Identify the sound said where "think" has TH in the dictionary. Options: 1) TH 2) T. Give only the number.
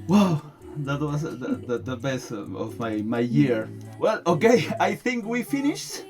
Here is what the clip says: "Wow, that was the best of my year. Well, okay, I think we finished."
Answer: 1